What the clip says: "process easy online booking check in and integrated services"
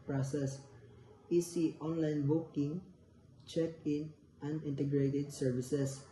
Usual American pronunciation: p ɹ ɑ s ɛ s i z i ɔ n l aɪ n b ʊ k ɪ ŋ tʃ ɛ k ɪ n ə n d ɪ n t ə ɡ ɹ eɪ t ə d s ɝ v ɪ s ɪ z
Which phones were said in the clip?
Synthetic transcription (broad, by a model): p ɹ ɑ s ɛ s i s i ɔ n l aɪ n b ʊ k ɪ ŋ tʃ ɛ k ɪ n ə n ɪ n t ə ɡ ɹ eɪ t ə d s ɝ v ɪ s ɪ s